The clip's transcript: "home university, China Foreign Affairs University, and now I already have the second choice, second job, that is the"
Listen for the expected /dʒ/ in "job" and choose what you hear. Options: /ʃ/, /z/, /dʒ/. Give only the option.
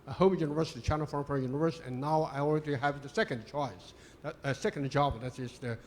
/dʒ/